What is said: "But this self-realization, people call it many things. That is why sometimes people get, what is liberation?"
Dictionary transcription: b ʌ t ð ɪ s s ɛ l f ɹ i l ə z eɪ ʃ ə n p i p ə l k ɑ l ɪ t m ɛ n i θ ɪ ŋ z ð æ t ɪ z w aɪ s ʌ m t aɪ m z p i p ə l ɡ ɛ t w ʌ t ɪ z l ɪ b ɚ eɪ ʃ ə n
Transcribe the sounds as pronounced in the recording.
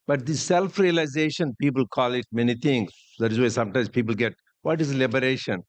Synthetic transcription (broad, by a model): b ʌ t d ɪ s s ɛ l f ɹ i l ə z eɪ ʃ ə n p i p ə l k ɑ l ɪ t m ɛ n i t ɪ ŋ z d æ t ɪ z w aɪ s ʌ m t aɪ m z p i p ə l ɡ ɛ t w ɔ t ɪ z l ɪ b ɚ eɪ ʃ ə n